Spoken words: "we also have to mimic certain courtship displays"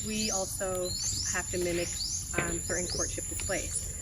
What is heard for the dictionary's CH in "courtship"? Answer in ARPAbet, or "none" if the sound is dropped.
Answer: CH